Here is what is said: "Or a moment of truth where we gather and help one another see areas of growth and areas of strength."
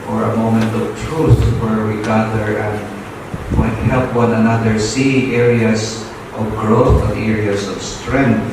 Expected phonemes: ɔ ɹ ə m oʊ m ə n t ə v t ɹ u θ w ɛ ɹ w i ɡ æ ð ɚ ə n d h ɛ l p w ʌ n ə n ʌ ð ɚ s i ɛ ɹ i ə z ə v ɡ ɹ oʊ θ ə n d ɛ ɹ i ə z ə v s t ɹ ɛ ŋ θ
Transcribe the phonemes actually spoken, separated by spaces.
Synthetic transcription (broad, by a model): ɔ ɹ ə m oʊ m ə n t ə v t ɹ u θ w ɛ ɹ w i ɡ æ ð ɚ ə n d h ɛ l p w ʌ n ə n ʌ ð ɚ s i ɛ ɹ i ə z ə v ɡ ɹ oʊ θ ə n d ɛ ɹ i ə s ə v s t ɹ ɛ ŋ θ